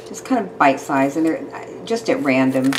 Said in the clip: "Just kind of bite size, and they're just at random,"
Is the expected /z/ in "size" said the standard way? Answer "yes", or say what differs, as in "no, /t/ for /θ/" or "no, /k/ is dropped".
yes